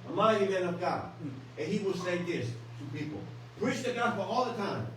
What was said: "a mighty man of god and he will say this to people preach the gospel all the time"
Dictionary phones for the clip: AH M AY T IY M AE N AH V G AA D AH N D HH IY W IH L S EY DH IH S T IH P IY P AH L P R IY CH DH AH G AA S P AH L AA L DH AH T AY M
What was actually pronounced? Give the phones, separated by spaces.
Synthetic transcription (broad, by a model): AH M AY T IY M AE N AH V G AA AH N HH IY W IH L S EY DH IH S T IH P IY P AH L P R IY CH DH AH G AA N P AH AA L DH AH T AY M